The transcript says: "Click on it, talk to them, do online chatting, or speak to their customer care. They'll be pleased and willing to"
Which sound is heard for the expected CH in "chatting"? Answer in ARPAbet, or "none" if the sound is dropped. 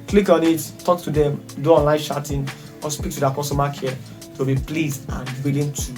SH